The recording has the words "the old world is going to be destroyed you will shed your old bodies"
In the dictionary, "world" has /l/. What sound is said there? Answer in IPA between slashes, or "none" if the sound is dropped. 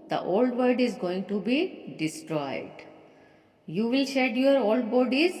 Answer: none